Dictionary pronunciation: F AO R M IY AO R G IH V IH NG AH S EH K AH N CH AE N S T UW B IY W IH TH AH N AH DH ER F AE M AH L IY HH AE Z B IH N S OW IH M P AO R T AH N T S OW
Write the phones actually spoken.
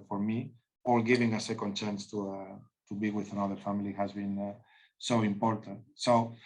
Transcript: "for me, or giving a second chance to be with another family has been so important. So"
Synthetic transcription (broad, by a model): F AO R M IY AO L G IH V IH NG AH S EH K AH N CH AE N S T UW B IY W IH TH AH N AH DH ER F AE M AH L IY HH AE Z B IH N S OW IH M P AO R T AH N T S OW